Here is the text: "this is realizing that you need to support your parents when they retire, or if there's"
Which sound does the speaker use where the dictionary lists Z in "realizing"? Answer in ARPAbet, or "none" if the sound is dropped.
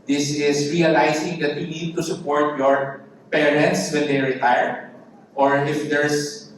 S